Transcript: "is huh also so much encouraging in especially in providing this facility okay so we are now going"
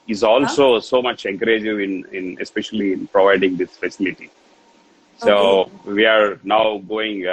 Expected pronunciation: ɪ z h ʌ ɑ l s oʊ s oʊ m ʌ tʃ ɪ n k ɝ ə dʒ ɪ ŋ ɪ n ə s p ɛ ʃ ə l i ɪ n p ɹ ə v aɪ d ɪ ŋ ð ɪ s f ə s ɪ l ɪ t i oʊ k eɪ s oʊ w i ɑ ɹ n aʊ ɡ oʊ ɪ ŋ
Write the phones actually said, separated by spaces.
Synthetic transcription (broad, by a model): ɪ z ɑ l s oʊ s oʊ m ʌ tʃ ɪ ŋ k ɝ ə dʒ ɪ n ɪ n ə s p ɛ ʃ ə l i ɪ n p ɹ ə v aɪ d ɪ ŋ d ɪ s f ə s ɪ l ɪ t i s oʊ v i ɑ ɹ n aʊ ɡ oʊ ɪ ŋ